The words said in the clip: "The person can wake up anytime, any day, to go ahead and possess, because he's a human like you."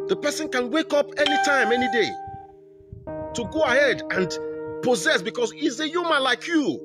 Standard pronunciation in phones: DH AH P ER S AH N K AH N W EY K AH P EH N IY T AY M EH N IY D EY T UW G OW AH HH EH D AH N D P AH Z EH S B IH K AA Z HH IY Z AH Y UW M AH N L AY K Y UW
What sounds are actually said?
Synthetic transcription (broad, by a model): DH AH P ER S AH N K AH N W EY K AH P EH N IY T AY M EH N IY D EY T UW G OW AH HH EH D AH N D P AH Z EH S B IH K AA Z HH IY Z AH Y UW M AH N L AY K Y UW